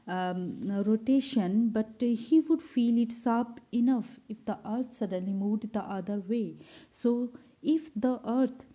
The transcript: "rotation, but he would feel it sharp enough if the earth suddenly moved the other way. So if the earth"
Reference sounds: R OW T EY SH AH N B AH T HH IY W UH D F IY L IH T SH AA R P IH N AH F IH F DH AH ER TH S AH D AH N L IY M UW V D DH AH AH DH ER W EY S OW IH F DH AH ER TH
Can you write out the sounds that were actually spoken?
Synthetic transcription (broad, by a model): R OW T EY SH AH N B AH T HH IY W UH D F IY L IH T S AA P IH N AH F IH F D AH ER T S AH D AH N L IY M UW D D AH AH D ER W EY S OW IH F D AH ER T